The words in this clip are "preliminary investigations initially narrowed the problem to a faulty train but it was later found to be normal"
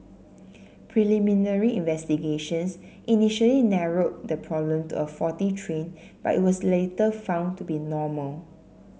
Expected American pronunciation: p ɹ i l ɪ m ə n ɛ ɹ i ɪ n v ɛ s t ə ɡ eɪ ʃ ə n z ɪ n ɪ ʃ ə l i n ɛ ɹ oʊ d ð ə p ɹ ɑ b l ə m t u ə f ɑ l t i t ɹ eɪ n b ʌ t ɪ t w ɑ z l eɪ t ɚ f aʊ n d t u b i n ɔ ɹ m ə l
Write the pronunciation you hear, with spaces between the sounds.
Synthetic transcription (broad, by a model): p ɹ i l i m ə n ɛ ɹ i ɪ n v ɛ s t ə ɡ eɪ ʃ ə n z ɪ n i ʃ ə l i n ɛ ɹ oʊ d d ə p ɹ ɑ b l ə m t u ə f ɑ t i t ɹ eɪ n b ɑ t ɪ t w ɑ s l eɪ t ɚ f aʊ n t u b i n ɔ m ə l